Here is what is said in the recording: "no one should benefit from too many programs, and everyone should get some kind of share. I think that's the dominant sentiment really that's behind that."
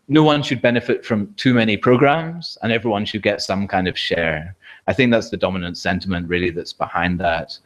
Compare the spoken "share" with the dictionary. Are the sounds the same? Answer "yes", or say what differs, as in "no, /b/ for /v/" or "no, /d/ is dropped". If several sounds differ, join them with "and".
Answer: yes